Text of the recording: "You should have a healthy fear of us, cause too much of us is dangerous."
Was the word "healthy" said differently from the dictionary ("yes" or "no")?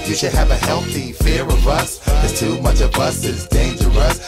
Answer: no